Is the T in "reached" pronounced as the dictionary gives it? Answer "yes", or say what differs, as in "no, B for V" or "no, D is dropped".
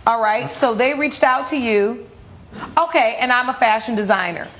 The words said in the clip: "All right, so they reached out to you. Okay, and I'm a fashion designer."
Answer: yes